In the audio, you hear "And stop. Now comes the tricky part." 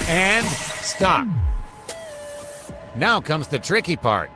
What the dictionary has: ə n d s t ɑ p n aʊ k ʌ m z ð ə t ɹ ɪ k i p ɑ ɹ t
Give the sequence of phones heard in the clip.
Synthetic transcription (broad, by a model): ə n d s t ɑ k n aʊ k ʌ m z ð ə t ɹ ɪ k i p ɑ ɹ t